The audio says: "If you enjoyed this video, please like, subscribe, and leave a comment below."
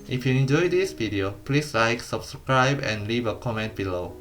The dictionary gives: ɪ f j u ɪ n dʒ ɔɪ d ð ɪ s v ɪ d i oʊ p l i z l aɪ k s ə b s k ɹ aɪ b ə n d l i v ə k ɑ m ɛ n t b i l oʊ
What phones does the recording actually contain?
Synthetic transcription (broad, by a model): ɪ f j u ɪ n dʒ ɔɪ d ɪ s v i d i oʊ p l i s l aɪ k s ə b s k ɹ aɪ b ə n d l i v ə k ɑ m ɛ n t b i l oʊ